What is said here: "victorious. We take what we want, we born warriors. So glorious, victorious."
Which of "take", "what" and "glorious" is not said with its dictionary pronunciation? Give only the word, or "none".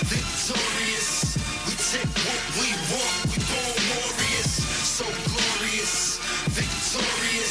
take